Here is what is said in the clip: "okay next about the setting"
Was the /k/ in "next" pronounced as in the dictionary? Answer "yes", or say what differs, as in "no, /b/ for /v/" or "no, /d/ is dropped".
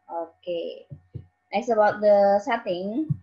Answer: no, /k/ is dropped